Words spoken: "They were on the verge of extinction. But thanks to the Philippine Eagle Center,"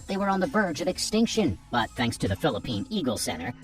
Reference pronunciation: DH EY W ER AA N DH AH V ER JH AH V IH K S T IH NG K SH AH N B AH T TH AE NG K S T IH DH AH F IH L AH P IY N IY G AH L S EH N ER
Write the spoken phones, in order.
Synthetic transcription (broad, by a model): DH EY W ER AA N DH AH V ER JH AH V IH K S T IH NG K SH AH N B AH T TH AE NG K S T IH DH AH F IH L AH P IY N IY G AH L S EH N ER